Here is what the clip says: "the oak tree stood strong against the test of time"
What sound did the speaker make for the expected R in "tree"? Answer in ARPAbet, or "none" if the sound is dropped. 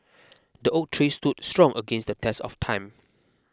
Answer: R